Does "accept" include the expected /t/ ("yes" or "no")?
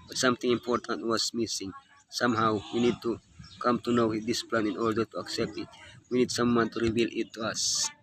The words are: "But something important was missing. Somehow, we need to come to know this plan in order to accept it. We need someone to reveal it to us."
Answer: yes